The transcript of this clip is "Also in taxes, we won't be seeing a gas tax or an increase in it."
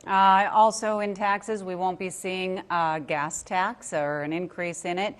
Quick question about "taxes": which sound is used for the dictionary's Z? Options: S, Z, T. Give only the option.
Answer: Z